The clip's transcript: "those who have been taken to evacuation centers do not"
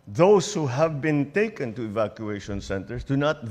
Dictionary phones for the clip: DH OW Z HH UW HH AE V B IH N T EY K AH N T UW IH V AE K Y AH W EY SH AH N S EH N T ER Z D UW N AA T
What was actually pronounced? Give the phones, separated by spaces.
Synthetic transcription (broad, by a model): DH OW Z HH UW HH AE V B IH N T EY K AH N T UW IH V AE K Y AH EY SH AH N S EH N T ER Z D UW N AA T